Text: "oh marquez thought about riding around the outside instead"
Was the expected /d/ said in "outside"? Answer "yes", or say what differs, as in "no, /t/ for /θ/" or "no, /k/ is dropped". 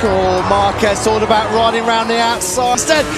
no, /d/ is dropped